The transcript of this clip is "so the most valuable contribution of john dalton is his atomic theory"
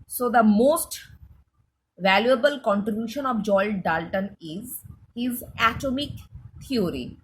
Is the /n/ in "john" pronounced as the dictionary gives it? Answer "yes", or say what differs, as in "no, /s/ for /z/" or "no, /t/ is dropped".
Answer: no, /l/ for /n/